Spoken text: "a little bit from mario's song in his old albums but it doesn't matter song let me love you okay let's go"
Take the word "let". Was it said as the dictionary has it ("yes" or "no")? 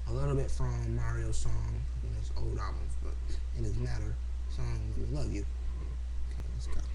no